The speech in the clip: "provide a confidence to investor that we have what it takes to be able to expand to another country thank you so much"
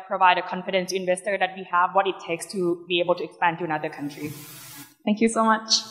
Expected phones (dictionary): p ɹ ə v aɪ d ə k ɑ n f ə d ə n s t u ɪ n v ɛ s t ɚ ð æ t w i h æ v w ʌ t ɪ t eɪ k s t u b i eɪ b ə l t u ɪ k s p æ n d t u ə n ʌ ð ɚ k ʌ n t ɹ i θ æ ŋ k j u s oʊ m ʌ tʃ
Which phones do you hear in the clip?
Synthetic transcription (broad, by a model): p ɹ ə v aɪ d ə k ɑ n f ə d ə n s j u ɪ v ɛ s t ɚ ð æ t w i h æ v w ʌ t ɪ t eɪ k s t u b i eɪ b ə l t u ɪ k s p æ n t u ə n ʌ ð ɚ k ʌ n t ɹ i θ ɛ ŋ k j u s oʊ m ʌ tʃ